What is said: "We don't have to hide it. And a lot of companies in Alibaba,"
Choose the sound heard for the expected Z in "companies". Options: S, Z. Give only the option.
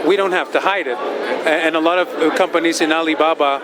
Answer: Z